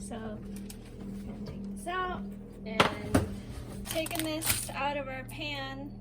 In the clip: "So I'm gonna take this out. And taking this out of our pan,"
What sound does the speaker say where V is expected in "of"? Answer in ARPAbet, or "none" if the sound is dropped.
V